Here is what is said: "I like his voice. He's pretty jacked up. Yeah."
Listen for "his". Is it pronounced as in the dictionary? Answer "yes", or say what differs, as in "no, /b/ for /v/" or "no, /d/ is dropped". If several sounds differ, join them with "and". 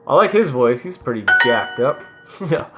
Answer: yes